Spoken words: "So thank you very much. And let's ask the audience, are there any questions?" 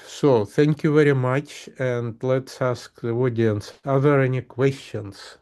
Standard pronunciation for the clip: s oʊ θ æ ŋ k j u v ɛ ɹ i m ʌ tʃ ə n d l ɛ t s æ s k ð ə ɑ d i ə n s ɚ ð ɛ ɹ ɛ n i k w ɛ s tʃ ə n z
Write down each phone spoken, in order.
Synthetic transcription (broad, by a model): s oʊ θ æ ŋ k j u v ɛ ɹ i m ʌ tʃ ə n d l ɛ t s æ s k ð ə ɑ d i n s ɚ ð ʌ ɹ ɛ n i k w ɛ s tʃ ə n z